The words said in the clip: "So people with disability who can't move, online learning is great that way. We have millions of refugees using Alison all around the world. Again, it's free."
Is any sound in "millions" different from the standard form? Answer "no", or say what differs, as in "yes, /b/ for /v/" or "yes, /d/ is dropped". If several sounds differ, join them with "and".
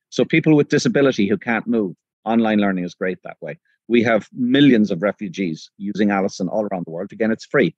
no